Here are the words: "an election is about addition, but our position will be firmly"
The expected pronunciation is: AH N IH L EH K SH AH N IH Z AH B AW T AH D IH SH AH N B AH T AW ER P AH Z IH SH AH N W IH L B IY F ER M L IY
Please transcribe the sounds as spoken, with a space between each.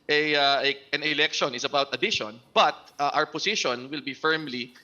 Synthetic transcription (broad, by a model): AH N IH L EH K SH AH N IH S AH B AW T AH D IH SH AH N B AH T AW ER P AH S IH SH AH N W IH L B IY F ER M L IY